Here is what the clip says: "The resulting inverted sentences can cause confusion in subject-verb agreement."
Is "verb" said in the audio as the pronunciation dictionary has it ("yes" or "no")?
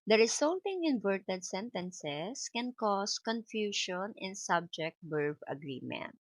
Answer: no